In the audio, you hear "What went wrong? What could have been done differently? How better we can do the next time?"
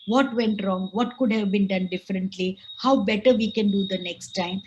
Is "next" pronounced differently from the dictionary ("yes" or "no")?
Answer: no